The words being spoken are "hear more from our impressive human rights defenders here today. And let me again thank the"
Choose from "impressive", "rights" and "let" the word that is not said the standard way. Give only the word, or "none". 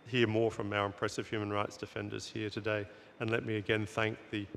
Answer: none